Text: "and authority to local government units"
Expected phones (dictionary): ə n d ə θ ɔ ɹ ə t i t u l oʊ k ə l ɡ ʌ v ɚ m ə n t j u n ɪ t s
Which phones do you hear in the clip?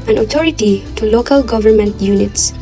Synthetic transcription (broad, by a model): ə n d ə t ɔ ɹ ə t i t u l oʊ k ə l ɡ ʌ v ɚ m ə n t j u n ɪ t s